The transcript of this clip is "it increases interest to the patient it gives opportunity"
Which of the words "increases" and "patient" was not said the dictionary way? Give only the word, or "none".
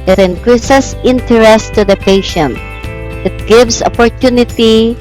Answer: increases